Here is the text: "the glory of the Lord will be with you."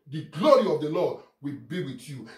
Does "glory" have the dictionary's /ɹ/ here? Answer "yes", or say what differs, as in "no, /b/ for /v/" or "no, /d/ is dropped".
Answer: yes